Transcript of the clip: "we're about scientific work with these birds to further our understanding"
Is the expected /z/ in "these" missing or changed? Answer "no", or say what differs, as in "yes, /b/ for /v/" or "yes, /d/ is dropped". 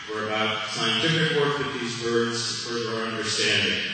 no